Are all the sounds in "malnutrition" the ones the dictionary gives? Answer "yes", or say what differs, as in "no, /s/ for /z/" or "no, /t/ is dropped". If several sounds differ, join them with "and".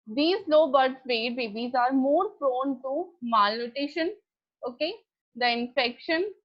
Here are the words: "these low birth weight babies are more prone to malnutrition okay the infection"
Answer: no, /ɹ/ is dropped